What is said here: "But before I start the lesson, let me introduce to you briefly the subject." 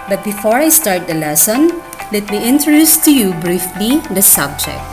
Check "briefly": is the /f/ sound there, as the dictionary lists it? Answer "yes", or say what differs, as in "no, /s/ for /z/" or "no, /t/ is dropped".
yes